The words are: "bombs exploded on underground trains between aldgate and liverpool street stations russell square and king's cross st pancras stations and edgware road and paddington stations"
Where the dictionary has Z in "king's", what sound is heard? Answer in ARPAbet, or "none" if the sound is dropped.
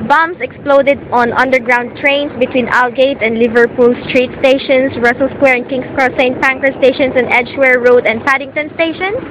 S